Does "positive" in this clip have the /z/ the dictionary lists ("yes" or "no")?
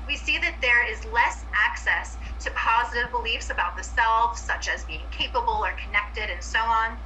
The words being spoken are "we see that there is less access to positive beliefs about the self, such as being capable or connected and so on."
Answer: yes